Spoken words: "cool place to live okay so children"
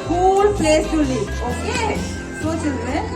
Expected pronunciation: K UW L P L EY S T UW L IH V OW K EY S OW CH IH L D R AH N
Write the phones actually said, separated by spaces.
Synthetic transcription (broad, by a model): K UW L P L EY S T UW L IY OW K EY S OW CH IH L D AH